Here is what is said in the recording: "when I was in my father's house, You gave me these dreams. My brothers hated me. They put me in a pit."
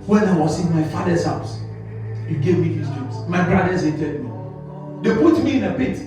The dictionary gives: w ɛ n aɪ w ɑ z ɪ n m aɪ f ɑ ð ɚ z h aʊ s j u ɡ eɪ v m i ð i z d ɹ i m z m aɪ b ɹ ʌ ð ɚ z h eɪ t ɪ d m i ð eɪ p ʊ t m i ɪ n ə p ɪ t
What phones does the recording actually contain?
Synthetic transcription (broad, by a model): w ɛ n aɪ w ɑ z ɪ n m aɪ f ɑ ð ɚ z h aʊ s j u ɡ eɪ v m i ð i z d i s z m aɪ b ɹ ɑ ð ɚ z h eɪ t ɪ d m i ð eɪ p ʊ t m i ɪ n ə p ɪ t